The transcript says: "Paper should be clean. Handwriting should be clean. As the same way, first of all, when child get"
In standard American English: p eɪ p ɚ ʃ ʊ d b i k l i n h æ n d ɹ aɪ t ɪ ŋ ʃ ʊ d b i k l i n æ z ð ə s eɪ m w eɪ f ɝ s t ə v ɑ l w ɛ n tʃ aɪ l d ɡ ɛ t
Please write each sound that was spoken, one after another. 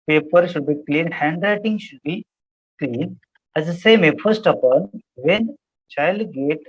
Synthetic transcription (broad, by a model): p eɪ p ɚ ʃ ʊ d b i k l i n h æ n d ɹ aɪ t ɪ ŋ ʃ ʊ d b i k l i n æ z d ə s eɪ m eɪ f ɝ s t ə p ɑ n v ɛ n tʃ aɪ l d ɡ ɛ t